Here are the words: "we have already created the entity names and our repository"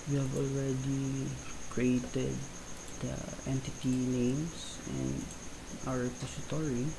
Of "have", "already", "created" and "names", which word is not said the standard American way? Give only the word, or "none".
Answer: names